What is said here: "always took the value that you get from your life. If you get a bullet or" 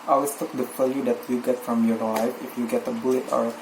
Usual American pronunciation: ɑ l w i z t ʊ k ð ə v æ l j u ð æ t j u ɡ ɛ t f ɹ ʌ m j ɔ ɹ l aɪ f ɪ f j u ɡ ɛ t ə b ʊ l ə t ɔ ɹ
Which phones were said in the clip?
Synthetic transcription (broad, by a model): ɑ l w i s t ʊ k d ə f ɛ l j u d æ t j u ɡ ɛ t f ɹ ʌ m j ɔ ɹ l aɪ f ɪ f j u ɡ ɛ t ə b ʊ l ə t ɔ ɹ